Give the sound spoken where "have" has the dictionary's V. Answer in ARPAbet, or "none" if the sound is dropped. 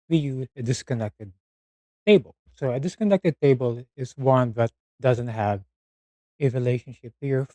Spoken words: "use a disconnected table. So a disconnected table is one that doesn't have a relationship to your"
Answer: V